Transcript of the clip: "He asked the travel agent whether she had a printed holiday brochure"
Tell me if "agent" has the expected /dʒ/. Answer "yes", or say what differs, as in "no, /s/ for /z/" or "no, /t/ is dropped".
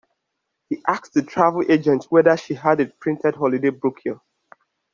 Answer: yes